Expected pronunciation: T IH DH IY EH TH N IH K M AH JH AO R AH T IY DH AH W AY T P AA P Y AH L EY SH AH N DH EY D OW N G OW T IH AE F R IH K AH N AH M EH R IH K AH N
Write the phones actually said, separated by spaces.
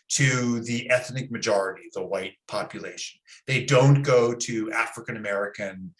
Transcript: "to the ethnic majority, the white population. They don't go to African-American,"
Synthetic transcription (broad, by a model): T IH DH IY EH TH N IH K M AH JH AO R AH T IY DH AH W AY T P AA P Y AH L EY SH AH N DH EY D OW N G OW T IH AE F R IH K AH N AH M EH R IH K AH N